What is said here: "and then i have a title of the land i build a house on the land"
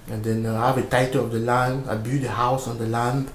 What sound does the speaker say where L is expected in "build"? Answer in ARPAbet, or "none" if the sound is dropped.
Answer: none